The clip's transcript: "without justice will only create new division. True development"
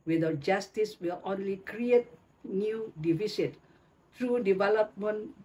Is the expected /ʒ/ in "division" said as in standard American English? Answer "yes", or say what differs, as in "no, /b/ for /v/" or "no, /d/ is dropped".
no, /s/ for /ʒ/